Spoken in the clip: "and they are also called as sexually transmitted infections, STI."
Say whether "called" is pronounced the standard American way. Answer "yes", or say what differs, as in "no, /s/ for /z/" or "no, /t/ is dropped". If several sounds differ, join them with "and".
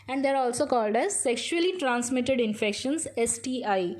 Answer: yes